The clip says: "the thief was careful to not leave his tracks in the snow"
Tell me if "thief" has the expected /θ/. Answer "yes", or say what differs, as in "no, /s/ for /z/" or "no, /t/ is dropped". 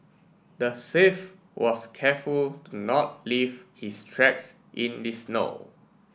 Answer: no, /s/ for /θ/